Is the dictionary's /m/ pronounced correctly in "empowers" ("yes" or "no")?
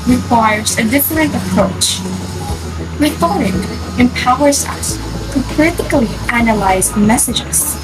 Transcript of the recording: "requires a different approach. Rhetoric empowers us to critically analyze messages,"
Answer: yes